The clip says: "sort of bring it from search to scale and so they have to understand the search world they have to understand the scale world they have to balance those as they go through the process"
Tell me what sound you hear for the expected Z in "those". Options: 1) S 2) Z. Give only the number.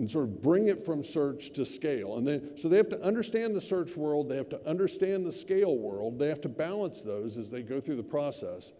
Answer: 2